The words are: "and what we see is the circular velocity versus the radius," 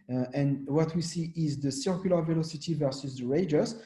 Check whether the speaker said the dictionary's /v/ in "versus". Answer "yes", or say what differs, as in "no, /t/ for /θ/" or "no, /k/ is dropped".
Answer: yes